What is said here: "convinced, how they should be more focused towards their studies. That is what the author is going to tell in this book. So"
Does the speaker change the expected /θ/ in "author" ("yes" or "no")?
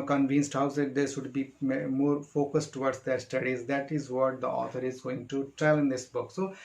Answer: yes